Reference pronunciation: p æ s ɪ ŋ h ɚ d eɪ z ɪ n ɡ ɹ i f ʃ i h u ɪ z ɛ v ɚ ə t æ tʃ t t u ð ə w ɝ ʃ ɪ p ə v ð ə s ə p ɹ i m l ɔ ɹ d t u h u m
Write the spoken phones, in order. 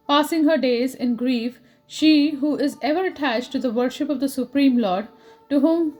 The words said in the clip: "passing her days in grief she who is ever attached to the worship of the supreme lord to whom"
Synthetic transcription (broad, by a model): p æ s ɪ ŋ h ɚ d eɪ z ɪ n ɡ ɹ i f ʃ i h u ɪ z ɛ v ɚ ə t æ tʃ t t u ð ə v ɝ ʃ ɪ p ə v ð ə s ə p ɹ i m l ɔ ɹ d t u h u m